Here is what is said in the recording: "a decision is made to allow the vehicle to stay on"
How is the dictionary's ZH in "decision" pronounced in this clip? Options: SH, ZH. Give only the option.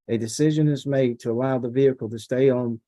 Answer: ZH